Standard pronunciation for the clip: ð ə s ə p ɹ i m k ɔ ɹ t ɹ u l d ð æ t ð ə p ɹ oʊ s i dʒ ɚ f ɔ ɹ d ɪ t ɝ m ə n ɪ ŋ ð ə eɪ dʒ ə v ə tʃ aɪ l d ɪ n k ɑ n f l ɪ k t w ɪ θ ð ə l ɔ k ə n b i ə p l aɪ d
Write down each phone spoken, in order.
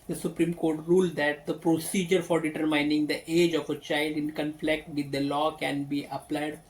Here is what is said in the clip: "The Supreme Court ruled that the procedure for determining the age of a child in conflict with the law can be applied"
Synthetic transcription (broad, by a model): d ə s ə p ɹ i m k ɔ ɹ t ɹ u l d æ t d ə p ɹ oʊ s i dʒ ɚ f ɔ ɹ d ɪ t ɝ m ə n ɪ ŋ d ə eɪ dʒ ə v ə tʃ aɪ l d ɪ n k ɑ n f l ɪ k t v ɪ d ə l ɔ k ə n b i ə p l aɪ d